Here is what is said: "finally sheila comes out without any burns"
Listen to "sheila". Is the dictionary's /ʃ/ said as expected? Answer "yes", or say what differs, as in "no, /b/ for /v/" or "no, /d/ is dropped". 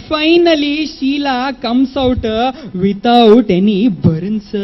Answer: yes